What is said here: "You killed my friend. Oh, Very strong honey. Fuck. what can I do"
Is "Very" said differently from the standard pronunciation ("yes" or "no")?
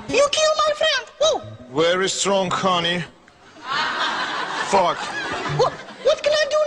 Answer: yes